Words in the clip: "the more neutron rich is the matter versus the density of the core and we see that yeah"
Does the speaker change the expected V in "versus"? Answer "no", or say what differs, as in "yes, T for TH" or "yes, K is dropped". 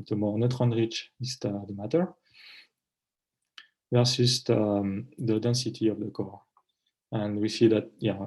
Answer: yes, P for V